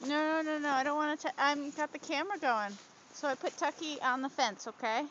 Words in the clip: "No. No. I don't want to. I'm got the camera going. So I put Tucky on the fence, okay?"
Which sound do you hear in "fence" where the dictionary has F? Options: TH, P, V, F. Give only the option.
F